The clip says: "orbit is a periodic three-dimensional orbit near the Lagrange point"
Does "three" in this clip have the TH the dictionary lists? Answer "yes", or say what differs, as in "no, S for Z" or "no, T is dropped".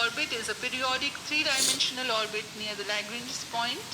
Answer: no, T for TH